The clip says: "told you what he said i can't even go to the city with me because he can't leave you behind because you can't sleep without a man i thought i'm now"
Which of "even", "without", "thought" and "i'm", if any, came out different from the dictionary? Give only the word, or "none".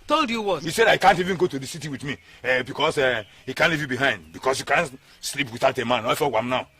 thought